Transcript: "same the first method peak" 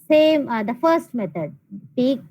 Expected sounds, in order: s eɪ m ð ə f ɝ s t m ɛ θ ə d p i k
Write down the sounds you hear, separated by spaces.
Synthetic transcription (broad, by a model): s eɪ m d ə f ɝ s t m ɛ t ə d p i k